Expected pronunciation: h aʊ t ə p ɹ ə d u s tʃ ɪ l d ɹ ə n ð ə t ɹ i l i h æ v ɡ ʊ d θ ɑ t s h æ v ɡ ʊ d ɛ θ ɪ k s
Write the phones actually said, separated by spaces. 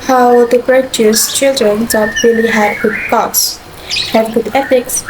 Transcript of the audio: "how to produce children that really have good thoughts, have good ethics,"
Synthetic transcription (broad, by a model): h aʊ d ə b ɹ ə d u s tʃ ɪ l d ɹ ə n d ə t ɹ i l i h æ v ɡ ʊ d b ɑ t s h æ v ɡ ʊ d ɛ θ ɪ k s